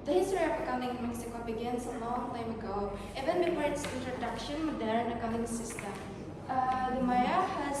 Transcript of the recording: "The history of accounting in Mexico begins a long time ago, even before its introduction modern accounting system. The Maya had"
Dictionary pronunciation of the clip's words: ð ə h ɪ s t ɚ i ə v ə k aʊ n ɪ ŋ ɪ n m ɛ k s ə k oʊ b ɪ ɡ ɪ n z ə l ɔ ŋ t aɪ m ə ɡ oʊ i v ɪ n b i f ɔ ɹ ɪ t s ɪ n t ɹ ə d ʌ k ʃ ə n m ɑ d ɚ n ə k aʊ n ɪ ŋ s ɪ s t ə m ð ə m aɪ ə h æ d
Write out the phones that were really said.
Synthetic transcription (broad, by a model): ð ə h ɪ s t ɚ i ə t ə k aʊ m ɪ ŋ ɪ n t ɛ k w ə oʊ b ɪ ɡ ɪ n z ə l ɔ ŋ t aɪ m ə ɡ oʊ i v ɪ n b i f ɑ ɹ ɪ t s ɪ n t ɹ ə d ʌ k ʃ ə n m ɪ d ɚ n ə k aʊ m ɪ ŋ s ɪ s t ə m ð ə m aɪ ə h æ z